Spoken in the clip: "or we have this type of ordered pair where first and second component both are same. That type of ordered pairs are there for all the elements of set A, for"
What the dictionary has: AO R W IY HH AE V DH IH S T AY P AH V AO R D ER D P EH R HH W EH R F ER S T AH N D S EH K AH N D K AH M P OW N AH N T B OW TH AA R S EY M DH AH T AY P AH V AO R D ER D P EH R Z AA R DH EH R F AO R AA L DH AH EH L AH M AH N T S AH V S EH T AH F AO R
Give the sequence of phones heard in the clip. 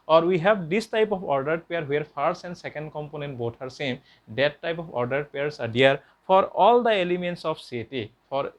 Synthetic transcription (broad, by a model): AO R W IY HH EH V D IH S T AY P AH P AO R D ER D P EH R HH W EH R P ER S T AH N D S EH K AH N D K AH M P OW N AH N T B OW T AA R S EY M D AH T AY P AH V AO R D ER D P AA R S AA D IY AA R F AO R AA L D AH EH L AH M AH N T S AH P S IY T AH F AO R